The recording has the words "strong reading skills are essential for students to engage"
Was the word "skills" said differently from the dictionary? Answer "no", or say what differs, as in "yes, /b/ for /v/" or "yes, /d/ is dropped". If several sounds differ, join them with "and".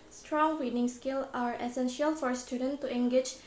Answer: yes, /z/ is dropped